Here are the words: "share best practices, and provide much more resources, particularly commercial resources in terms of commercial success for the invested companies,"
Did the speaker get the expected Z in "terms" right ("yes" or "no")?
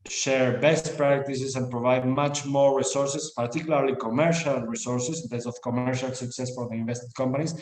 no